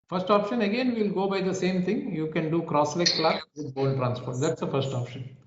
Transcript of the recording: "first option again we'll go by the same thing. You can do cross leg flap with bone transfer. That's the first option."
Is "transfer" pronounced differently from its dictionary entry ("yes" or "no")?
yes